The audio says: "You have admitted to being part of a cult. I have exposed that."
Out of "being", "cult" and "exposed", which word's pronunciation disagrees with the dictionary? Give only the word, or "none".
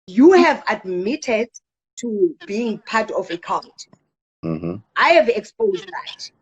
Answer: cult